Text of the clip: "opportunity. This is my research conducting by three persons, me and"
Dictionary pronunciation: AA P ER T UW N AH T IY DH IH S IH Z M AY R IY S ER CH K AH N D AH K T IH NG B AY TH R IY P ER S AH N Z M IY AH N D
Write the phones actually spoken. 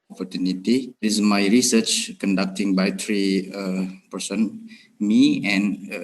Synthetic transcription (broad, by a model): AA P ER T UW N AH T IY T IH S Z M AY R IY S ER CH K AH N D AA K T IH NG B AY T R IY P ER S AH N M IY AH N